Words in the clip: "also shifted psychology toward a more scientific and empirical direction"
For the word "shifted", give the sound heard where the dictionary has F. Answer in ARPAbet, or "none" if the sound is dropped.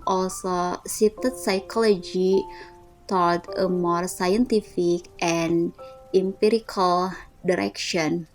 none